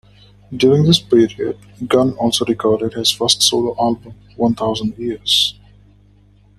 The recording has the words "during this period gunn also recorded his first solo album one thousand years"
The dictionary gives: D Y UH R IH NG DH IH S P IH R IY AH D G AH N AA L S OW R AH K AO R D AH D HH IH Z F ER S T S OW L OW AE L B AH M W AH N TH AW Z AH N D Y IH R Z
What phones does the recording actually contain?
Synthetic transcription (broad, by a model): D Y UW R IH NG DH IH S P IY R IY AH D G AH N AA L S OW R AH K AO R D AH D HH IH Z F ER S T S OW L OW AE L B AH M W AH N T AW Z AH N D Y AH R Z